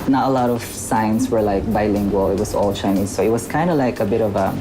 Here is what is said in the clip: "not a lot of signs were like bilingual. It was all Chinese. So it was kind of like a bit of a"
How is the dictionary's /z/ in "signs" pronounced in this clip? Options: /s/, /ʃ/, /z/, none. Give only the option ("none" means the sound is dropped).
/s/